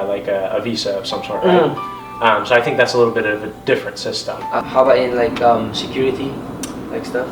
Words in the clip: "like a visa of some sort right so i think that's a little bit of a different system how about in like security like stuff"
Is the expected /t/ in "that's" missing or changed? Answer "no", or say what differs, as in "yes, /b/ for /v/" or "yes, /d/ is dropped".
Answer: no